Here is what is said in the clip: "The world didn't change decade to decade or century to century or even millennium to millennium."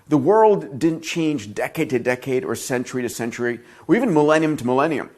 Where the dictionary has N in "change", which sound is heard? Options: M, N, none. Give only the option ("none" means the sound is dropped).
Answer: N